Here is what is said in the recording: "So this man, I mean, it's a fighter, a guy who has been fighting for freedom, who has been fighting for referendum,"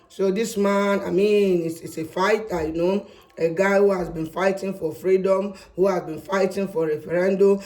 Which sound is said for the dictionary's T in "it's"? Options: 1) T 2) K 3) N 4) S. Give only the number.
4